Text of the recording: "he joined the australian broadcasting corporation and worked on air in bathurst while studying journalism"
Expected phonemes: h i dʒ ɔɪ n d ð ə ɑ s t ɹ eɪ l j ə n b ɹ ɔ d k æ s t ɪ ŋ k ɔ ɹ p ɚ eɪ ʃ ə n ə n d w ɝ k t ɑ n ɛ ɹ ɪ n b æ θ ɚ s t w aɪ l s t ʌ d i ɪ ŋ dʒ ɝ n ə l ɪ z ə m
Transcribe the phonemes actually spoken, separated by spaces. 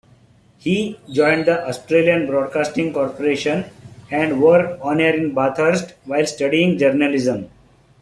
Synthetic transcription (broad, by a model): h i dʒ ɔɪ n d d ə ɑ s t ɹ eɪ l j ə n b ɹ ɔ d k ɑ s t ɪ ŋ k ɔ ɹ p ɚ eɪ ʃ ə n ə n d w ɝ t ɑ n ɛ ɹ ɪ n b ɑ t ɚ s t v aɪ l s t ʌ d i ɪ ŋ dʒ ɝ n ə l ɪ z ə m